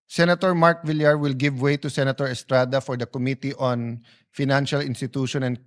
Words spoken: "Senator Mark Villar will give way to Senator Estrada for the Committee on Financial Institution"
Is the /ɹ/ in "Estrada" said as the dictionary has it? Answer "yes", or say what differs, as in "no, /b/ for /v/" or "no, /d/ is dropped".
yes